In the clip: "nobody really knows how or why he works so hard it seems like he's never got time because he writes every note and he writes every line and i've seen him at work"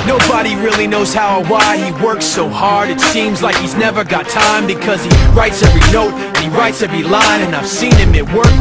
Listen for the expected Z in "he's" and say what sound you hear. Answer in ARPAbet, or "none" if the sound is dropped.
Z